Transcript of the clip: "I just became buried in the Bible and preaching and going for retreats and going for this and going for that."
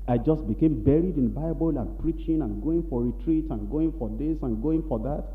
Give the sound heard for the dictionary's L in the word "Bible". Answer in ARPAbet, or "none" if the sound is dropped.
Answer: L